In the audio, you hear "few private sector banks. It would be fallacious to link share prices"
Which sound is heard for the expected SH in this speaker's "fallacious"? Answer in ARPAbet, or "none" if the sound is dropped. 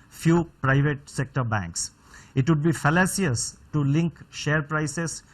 S